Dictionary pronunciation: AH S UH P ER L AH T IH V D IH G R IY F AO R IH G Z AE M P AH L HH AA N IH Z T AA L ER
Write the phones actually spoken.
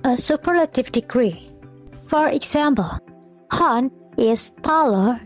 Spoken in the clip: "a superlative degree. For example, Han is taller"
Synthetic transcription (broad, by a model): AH S UH P ER L AH T IH V D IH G R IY F AO R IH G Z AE M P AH L HH AA N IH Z T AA L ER